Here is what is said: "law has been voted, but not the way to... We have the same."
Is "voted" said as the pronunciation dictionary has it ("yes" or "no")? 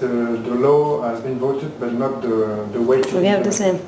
yes